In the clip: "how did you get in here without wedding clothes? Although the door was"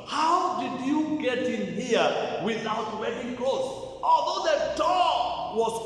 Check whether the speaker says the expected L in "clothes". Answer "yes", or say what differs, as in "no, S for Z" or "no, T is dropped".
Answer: no, L is dropped